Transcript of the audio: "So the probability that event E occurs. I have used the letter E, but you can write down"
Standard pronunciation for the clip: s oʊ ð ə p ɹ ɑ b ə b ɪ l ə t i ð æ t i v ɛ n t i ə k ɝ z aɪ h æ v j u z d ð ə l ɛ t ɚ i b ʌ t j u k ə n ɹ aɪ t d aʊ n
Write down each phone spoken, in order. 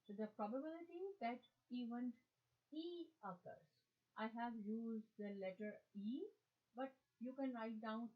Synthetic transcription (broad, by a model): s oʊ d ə p ɹ ɑ b ə b ɪ l ə t i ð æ t i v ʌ n i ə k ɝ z aɪ h æ v j u z d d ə l ɛ t ɚ i b ʌ t j u k ə n ɹ aɪ t d aʊ n